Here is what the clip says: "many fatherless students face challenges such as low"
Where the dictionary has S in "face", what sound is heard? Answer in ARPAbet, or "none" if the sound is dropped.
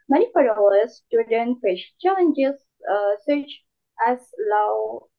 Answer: SH